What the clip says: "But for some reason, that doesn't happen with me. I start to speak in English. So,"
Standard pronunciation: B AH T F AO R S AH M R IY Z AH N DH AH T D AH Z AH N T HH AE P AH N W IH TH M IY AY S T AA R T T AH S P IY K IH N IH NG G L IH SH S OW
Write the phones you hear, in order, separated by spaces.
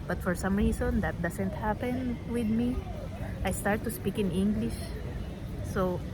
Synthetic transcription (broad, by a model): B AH T F AO R S AH M R IY S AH N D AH T D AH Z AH N T HH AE P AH N W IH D M IY AY S T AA R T T AH S P IY K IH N IH NG G L IH SH S OW